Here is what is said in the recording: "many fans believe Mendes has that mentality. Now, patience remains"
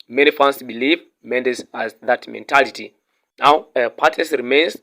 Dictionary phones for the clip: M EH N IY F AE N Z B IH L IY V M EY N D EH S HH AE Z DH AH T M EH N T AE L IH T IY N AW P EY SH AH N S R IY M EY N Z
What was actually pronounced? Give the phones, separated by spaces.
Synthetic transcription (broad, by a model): M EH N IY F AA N S B IH L IY V M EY N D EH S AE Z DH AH T M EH N T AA L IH T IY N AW P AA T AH S R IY M EY N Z